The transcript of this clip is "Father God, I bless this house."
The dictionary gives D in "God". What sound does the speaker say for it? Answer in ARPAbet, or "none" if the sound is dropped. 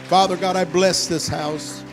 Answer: D